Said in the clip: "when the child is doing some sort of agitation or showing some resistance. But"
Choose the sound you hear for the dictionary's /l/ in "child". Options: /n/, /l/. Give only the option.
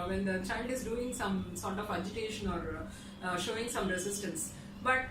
/n/